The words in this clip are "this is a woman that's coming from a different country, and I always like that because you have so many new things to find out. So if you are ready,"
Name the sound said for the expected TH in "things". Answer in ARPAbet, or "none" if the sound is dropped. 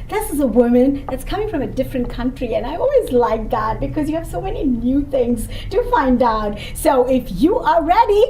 TH